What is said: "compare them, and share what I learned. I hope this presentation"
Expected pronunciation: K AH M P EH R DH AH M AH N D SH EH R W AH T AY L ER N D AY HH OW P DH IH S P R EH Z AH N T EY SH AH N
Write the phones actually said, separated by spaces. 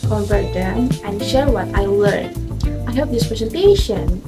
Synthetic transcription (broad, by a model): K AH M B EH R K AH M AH N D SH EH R W AH T AY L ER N AY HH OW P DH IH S P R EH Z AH N T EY SH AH N